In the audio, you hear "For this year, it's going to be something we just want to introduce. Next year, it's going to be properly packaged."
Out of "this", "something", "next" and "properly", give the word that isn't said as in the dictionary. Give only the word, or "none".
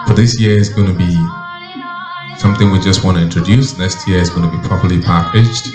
none